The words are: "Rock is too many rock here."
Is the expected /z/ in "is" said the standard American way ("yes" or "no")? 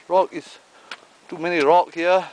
no